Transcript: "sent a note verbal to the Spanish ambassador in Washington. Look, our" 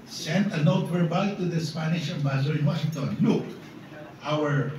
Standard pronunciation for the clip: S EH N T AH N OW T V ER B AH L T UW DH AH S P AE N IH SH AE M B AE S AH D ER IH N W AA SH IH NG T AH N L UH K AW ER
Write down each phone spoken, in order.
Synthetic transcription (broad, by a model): S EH N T AH N OW T W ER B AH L T UW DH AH S P AE N IH SH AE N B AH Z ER IH N W AA SH IH NG T AH N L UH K AW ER